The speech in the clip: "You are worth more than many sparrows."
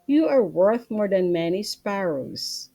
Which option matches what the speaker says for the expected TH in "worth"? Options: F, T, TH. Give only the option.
TH